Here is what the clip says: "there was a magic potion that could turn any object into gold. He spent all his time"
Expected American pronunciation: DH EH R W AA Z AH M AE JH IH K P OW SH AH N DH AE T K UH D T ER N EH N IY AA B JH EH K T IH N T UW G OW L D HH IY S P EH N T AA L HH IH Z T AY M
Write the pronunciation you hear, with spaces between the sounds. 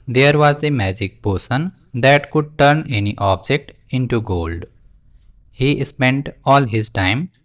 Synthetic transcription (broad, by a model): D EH R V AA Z AH M AE JH IH K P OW S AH N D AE T K UH D T ER N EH N IY AA B JH EH K T IH N T UW G OW L D HH IY S P EH N T AA L HH IH Z T AY M